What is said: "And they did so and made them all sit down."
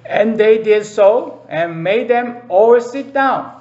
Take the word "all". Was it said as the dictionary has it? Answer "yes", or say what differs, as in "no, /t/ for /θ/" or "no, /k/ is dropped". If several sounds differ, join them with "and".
no, /w/ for /l/